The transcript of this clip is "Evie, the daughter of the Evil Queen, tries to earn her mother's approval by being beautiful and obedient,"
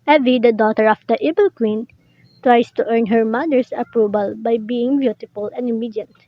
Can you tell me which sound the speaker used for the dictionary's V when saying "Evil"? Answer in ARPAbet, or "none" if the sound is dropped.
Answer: B